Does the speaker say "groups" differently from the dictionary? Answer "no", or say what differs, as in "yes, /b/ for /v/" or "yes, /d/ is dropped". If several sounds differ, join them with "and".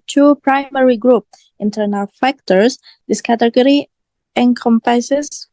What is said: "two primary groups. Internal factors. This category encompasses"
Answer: yes, /s/ is dropped